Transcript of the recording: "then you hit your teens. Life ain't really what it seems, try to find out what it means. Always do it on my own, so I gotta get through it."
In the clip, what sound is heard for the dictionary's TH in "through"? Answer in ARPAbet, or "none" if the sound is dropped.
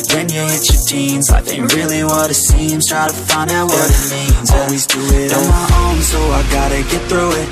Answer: TH